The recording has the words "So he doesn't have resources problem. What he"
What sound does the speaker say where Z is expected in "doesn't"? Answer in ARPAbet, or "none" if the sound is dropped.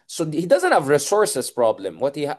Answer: Z